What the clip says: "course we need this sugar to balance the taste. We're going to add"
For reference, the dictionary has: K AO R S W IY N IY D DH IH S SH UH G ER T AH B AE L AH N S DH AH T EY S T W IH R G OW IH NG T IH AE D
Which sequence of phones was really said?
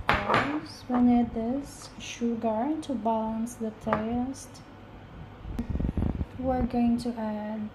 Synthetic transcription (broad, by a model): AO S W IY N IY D DH IH S SH UH G ER T AH B AE L AH N S DH AH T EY S T W IH R G OW IH NG T IH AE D